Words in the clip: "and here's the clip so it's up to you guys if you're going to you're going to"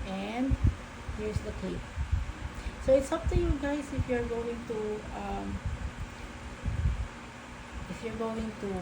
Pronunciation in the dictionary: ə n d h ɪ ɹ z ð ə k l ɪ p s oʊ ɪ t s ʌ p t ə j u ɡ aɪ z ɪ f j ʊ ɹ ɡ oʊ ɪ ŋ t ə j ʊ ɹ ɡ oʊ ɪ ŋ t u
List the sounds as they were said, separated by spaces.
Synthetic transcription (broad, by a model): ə n d h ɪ ɹ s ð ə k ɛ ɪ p s oʊ ɪ t s ʌ p t ə j u ɡ aɪ s ɪ f j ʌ ɹ ɡ oʊ ɪ ŋ t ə j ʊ ɹ ɡ oʊ ɪ ŋ t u